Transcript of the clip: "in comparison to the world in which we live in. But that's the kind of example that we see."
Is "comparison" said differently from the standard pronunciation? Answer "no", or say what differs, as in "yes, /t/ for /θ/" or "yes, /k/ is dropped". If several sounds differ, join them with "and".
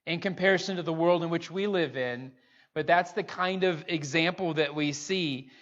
no